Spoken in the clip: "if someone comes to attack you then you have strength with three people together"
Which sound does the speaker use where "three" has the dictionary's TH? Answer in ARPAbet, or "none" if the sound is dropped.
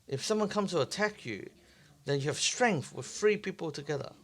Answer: F